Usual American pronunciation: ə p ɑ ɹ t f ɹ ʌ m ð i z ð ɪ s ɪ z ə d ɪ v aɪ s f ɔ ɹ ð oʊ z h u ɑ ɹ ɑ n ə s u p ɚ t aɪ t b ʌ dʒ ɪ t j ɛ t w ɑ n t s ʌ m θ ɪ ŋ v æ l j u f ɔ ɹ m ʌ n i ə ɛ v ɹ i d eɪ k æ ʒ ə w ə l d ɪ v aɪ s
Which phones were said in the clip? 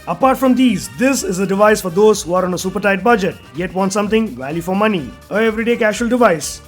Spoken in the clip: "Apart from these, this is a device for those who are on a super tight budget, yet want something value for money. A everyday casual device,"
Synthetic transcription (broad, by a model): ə p ɑ ɹ t f ɹ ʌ m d i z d ɪ s ɪ z ə d ɪ v aɪ s f ɔ ɹ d oʊ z h u ɑ ɹ ɑ n ə s u p ɚ t aɪ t b ʌ dʒ ɪ t j ɛ t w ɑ n t s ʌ m t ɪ ŋ v æ l j u f ɔ ɹ m ʌ n i ə ɛ v ɹ i d eɪ k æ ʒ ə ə l d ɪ v aɪ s